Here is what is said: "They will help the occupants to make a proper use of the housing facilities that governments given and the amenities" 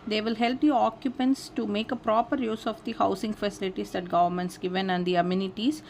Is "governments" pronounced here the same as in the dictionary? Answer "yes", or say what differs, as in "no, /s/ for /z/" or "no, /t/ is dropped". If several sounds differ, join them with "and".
yes